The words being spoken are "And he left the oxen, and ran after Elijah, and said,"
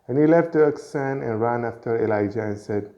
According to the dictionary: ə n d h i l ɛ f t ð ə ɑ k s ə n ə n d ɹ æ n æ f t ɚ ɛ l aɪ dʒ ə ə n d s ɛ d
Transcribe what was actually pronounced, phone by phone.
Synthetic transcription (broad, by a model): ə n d h i l ɛ f t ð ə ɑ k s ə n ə n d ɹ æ n æ f t ɚ ɛ l aɪ dʒ ə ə n s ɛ d